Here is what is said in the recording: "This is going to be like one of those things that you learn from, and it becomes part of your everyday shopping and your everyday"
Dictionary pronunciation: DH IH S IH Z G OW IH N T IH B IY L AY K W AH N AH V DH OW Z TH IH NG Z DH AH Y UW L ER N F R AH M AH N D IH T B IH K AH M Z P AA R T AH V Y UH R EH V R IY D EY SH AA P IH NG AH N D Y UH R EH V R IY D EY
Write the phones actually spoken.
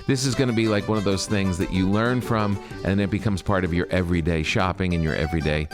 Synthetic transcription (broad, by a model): DH IH S IH Z G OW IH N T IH B IY L AY K W AH N AH V DH OW Z TH IH NG Z DH AH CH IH L ER N F R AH M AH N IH IH T B IH K AH M Z P AA R T AH V Y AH R EH V R IY D EY SH AA P IH NG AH N Y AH R EH V R IY D EY